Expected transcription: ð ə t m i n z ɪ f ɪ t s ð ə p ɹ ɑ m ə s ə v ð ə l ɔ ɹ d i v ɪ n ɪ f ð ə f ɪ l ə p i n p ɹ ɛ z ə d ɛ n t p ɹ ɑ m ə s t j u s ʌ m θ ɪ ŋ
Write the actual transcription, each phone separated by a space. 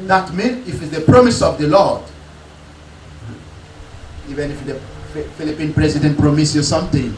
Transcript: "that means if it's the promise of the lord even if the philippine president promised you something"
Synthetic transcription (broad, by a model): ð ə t m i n ɪ f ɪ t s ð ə p ɹ ɑ m ə s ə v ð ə l ɔ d i v ɪ n ɪ f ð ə f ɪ l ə p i n p ɹ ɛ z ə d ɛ n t p ɹ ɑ m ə s j u s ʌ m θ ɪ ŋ